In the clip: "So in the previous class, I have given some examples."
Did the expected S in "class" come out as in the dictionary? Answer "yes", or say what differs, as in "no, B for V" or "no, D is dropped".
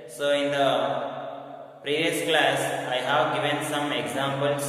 yes